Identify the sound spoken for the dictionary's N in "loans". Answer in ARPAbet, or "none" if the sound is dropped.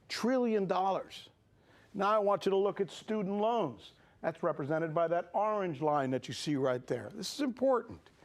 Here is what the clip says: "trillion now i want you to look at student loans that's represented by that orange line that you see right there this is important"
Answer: N